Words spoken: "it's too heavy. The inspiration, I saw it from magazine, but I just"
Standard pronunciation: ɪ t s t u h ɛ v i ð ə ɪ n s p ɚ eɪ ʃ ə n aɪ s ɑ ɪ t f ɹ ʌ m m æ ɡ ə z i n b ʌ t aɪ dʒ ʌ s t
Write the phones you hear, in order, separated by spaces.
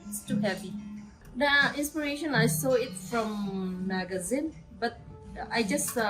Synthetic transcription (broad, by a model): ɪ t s t u h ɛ p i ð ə ɪ n s p ɚ eɪ ʃ ə n aɪ s ɑ ɪ t f ɹ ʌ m m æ ɡ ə z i n b ʌ t aɪ dʒ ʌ s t